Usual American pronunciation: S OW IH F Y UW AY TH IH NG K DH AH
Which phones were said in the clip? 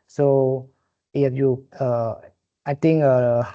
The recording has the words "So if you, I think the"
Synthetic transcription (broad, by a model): S OW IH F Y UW AY T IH NG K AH